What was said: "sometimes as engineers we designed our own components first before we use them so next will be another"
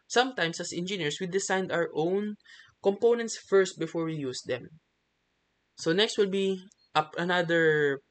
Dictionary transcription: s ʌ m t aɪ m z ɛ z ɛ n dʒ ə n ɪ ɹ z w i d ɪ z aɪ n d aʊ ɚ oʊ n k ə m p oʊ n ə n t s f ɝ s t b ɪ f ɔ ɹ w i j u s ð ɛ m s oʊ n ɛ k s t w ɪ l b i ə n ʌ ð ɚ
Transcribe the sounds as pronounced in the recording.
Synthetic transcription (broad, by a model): s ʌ m t aɪ m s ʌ s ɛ n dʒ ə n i ɹ s w i d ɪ s aɪ n d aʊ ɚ oʊ n k ə m p oʊ n ə n t s f ɝ s t b ɪ f ɔ ɹ w i j u s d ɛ m s oʊ n ɛ k s t w ɪ l b i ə n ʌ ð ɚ